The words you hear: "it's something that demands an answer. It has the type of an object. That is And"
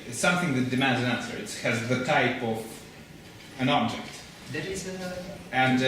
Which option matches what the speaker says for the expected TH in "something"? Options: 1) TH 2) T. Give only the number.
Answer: 1